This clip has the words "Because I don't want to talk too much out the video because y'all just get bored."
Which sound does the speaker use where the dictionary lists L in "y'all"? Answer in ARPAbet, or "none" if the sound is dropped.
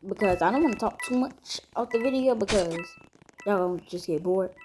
N